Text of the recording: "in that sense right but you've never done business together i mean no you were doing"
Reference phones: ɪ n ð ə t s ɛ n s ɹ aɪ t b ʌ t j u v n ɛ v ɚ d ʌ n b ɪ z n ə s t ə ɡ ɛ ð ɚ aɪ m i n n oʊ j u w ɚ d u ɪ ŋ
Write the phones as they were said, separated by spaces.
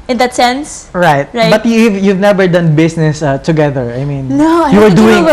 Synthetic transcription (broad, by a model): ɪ n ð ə t s ɛ n s ɹ aɪ t b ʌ t j u v n ɛ v ɚ d ʌ n b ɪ s n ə s t ə ɡ ɛ ð ɚ aɪ m i n n oʊ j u w ɚ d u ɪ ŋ